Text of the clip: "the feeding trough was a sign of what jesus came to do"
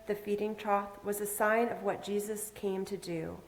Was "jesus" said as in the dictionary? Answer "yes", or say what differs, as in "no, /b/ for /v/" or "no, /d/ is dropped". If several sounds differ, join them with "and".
yes